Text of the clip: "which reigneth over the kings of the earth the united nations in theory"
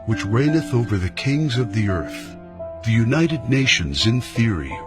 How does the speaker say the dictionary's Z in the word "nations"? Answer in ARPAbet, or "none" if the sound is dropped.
Z